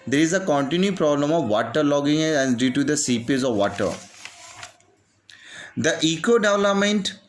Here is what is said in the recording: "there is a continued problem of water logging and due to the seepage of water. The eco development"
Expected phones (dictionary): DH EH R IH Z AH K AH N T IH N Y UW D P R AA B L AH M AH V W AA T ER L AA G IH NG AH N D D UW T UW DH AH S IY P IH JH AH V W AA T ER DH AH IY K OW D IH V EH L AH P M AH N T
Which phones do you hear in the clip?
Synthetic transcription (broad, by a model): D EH R IH Z AH K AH N T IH N Y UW P R AA B L AH M AH V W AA T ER L AA G IH NG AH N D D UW T UW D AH S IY P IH Z AH V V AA T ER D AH IY K OW D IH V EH L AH P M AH N T